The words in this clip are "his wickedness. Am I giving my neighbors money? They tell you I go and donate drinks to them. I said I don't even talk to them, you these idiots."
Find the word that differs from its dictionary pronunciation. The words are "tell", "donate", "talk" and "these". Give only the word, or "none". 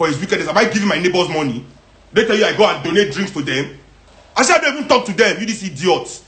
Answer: these